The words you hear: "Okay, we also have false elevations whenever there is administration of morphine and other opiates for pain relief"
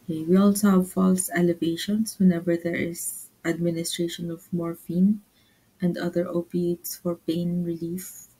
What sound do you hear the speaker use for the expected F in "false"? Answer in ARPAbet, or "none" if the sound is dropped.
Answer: F